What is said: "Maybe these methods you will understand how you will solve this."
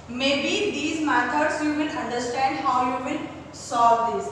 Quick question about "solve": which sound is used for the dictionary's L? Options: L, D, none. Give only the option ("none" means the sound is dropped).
none